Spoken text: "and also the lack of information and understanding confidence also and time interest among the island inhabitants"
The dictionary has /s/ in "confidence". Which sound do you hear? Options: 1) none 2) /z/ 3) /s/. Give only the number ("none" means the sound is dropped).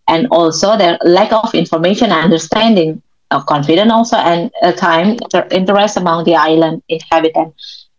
1